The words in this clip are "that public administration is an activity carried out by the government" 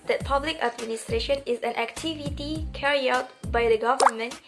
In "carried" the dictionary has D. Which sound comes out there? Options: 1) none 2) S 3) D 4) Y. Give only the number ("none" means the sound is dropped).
1